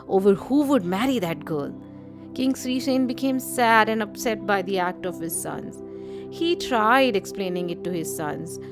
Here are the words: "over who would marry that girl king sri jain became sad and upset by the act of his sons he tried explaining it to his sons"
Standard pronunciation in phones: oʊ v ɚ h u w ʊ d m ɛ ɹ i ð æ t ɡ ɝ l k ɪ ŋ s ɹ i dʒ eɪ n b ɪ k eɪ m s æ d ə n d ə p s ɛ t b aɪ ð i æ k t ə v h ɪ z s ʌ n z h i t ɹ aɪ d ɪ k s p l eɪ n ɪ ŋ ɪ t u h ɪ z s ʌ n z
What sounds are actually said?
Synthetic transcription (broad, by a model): oʊ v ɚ h u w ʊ d m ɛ ɹ i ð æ t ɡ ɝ l k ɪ ŋ s ɹ i ʃ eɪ n b ɪ k eɪ m s æ d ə n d ə p s ɛ t b aɪ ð i æ k t ə v h ɪ z s ʌ n z h i t ɹ aɪ d ɪ k s p l eɪ n ɪ ŋ ɪ t u h ɪ z s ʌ n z